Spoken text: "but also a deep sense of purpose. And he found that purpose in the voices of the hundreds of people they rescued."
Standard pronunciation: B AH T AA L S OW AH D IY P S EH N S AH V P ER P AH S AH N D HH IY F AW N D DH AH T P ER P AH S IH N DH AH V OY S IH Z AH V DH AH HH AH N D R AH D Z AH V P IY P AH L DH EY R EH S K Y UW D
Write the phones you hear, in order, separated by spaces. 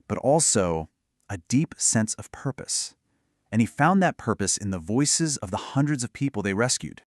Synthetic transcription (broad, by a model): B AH T AA L S OW AH D IY P S EH N S AH V P ER P AH S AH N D IY F AW N DH AH T P ER P AH S IH N DH AH V OY S IH Z AH V DH AH HH AH N D R AH D Z AH V P IY P L DH EY R EH S K Y UW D